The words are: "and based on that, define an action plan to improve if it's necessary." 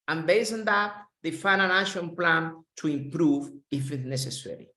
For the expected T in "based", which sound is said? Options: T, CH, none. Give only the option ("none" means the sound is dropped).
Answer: none